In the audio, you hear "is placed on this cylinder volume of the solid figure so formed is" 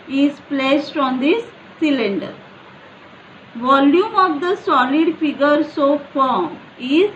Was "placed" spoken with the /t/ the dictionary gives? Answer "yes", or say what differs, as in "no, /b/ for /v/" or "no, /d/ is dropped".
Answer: yes